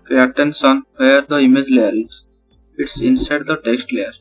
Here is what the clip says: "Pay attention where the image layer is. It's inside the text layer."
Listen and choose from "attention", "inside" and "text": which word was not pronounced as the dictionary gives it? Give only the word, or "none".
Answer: attention